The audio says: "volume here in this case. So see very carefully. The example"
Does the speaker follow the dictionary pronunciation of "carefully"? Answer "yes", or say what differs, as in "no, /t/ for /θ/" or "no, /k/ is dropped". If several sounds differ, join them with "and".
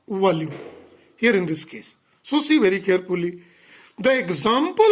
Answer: no, /p/ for /f/